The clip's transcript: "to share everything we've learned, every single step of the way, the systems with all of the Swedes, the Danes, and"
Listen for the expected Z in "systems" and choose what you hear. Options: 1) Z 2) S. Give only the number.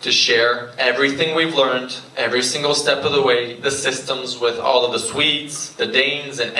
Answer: 1